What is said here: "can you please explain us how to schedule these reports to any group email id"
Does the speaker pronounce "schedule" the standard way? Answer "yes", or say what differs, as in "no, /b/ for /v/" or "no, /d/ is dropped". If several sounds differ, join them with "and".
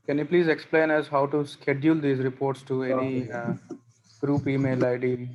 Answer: yes